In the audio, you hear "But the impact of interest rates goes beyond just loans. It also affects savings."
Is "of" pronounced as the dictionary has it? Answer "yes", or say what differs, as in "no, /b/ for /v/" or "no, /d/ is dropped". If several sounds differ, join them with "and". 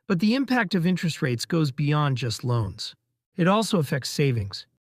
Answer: yes